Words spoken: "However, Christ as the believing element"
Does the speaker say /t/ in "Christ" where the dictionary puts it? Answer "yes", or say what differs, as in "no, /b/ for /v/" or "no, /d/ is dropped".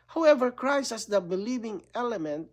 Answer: no, /t/ is dropped